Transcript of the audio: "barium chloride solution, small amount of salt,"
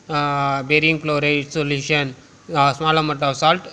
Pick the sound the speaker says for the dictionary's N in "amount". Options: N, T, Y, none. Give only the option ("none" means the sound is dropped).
none